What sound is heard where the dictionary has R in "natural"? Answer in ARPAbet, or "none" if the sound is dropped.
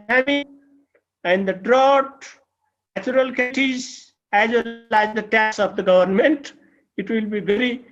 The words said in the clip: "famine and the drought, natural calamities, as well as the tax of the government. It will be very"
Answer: none